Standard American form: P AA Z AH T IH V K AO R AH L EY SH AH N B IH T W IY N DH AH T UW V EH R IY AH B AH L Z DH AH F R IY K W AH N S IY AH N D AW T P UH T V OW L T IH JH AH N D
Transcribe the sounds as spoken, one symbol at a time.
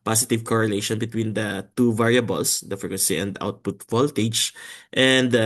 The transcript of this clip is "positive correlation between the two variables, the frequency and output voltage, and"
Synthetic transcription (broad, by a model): P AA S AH T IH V K AO R AH L EY SH AH N B IH T W IY N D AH T UW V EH R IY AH B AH L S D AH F IY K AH S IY AH N D AW T P UH T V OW L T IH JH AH N D